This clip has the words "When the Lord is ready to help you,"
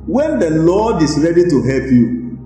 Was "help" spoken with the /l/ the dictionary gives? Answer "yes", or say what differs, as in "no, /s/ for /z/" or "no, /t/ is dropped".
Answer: yes